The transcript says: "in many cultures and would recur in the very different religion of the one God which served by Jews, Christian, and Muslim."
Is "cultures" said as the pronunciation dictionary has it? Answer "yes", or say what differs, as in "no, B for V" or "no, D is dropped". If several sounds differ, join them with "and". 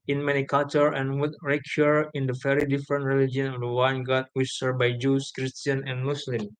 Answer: no, Z is dropped